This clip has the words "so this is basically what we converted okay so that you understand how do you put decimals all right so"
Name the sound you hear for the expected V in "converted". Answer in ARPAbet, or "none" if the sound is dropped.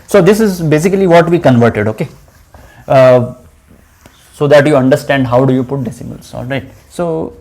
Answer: V